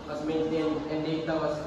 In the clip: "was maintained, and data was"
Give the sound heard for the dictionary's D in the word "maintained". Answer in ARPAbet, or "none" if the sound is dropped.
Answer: none